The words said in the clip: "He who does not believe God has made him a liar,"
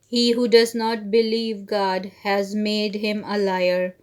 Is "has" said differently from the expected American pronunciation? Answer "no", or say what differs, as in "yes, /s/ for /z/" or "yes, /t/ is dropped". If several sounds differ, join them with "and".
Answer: no